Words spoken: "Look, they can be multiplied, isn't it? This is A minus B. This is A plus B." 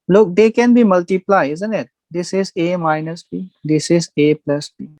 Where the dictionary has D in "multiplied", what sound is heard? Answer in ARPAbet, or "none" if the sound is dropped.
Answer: none